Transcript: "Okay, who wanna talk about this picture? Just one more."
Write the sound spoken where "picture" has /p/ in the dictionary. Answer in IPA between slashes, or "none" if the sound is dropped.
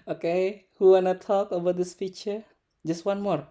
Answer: /f/